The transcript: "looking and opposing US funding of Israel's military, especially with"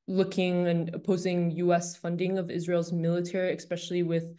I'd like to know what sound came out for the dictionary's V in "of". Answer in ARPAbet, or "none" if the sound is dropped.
V